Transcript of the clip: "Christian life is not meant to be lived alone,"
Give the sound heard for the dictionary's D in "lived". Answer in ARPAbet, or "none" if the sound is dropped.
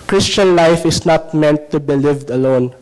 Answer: D